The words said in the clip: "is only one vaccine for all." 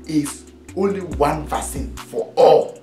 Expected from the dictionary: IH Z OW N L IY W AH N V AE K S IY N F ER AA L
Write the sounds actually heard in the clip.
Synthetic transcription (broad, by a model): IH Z OW N L IY W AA N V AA S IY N F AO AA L